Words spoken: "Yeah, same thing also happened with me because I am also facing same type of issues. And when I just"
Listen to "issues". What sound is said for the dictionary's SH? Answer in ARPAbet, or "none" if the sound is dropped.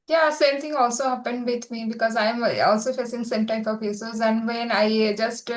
S